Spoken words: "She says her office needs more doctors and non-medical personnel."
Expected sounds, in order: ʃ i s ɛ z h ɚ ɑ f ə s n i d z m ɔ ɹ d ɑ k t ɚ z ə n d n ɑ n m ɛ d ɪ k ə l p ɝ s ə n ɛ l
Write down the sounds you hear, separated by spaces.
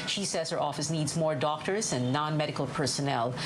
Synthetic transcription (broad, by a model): ʃ i s ɛ z h ɚ ɑ f ə s n i d z m ɔ ɹ d ɑ k t ɚ z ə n n ɑ n m ɛ d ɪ k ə l p ɝ s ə n ɛ l